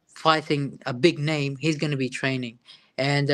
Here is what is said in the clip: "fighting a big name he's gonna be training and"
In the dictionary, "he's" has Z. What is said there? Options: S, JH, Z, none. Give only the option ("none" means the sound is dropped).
Z